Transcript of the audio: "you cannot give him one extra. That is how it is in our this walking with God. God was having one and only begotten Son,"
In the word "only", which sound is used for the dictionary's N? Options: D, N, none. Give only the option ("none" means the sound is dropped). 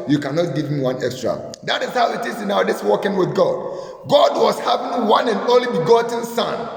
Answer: none